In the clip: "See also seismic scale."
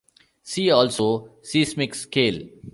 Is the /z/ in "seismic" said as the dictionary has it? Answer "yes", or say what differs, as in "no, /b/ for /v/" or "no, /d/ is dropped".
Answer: no, /s/ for /z/